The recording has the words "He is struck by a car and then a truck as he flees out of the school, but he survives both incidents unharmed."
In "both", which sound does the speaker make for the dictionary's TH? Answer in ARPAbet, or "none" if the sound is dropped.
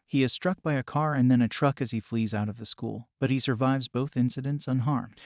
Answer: TH